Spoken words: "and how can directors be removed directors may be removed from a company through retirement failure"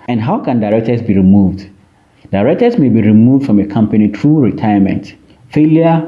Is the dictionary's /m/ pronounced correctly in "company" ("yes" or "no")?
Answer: yes